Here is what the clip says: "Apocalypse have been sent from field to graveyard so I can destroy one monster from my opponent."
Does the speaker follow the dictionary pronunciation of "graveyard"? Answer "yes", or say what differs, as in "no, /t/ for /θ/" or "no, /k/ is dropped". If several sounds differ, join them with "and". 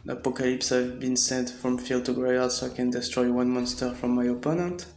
no, /v/ is dropped